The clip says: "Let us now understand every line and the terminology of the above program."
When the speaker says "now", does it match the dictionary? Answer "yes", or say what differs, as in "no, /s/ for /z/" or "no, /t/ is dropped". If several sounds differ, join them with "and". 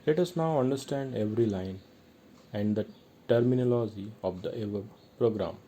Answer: yes